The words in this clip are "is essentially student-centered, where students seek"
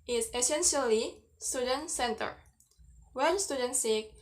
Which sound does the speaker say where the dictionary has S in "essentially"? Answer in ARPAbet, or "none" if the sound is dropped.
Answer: S